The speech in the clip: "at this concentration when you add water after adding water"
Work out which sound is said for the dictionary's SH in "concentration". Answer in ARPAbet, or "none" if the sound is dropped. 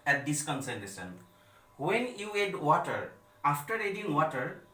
S